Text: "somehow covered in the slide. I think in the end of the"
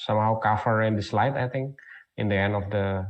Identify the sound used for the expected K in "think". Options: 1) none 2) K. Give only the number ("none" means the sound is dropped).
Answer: 1